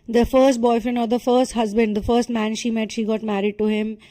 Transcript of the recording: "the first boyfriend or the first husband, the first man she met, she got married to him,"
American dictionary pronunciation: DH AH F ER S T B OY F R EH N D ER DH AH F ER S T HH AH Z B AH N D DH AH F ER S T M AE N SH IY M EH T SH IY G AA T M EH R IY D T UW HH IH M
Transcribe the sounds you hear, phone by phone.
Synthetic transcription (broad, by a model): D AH F ER S T B OY F R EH N AO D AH F ER S T HH AH Z B AH N D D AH F ER S T M AE N SH IY M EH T SH IY G AA T M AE R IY D T UW HH IH M